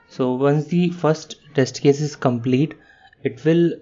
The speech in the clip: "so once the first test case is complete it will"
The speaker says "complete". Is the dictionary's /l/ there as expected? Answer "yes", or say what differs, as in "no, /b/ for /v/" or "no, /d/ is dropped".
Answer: yes